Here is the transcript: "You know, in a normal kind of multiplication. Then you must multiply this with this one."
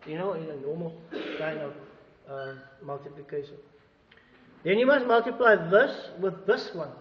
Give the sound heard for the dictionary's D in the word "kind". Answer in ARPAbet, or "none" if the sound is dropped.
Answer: none